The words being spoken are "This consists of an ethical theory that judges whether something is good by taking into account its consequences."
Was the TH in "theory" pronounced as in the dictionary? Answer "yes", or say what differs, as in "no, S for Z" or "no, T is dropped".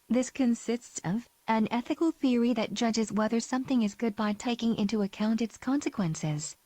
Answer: yes